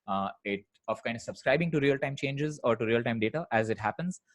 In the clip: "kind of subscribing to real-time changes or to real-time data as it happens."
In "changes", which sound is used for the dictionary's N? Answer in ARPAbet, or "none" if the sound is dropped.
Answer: N